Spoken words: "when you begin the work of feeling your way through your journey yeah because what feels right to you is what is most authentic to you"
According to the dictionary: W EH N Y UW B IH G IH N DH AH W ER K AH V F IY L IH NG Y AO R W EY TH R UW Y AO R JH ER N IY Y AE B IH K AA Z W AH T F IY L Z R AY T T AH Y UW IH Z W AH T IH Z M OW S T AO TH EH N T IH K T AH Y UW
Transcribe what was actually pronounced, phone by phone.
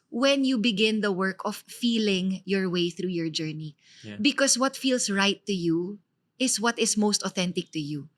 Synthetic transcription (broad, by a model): W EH N Y UW B IH G IH N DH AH W ER K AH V F IY L IH NG Y AO R W EY TH R UW Y AO R JH ER N IY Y B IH K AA S W AH T F IY L S R AY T T AH Y UW IH S W AH T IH S M OW S T AO TH EH N T IH K T AH Y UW